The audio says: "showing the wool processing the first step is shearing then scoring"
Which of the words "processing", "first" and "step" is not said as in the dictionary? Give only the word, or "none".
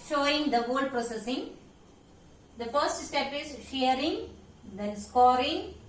none